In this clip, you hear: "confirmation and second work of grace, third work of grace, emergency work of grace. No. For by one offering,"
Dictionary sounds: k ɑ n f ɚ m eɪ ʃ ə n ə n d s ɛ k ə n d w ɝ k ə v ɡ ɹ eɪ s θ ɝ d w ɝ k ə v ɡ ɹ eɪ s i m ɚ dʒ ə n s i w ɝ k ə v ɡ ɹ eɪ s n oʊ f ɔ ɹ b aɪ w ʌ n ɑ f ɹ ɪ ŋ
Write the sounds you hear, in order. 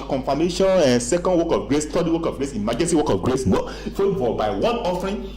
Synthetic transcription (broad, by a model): k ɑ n f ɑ m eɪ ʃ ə n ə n s ɛ k ə n d w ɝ k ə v ɡ ɹ eɪ s t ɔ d w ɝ k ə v ɡ ɹ eɪ s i m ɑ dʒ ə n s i w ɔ k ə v ɡ ɹ eɪ s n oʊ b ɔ l b aɪ w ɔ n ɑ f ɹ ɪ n